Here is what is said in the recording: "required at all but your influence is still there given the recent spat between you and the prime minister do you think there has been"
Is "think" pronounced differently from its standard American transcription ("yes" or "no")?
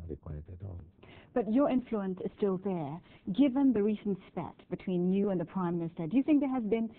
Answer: no